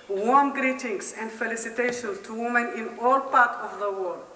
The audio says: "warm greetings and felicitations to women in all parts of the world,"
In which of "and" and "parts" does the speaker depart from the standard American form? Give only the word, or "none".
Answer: parts